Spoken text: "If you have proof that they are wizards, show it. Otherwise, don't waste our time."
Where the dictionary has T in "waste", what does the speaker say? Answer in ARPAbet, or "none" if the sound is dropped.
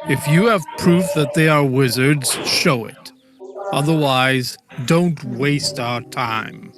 T